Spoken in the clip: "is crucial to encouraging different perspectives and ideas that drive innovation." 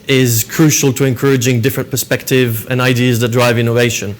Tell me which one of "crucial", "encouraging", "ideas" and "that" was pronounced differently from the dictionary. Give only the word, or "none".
none